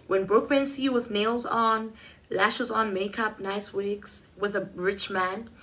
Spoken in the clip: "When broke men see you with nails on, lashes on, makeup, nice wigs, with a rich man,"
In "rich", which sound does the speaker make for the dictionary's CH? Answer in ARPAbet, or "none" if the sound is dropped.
CH